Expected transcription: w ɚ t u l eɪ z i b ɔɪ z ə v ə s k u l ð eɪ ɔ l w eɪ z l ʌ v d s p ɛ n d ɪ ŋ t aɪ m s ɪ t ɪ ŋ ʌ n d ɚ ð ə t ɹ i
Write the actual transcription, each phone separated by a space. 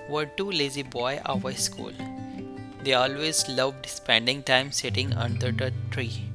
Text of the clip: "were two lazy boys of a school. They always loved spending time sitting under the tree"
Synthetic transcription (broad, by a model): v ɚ t u l eɪ z i b ɔɪ ə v ə s k u l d eɪ ɔ l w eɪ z l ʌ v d s p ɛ n d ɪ ŋ t aɪ m s ɪ t ɪ ŋ ʌ n d ɚ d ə t ɹ i